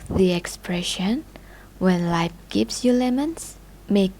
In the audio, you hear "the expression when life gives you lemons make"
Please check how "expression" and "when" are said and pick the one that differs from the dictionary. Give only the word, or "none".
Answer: none